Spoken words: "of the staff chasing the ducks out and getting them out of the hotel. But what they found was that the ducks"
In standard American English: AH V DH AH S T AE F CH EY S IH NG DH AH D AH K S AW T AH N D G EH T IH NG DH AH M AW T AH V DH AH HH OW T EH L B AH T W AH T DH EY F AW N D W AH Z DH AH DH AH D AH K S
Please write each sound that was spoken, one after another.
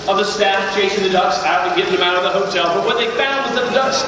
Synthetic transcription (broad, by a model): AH V DH AH S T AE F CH EY SH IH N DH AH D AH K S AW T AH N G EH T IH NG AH M AW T AH V DH AH HH OW T EH L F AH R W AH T DH EY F AW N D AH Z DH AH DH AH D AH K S